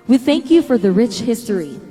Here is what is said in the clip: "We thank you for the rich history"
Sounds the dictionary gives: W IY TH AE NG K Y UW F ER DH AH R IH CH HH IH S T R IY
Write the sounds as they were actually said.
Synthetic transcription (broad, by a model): W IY TH AE NG K Y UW F ER DH AH R IH CH HH IH S T R IY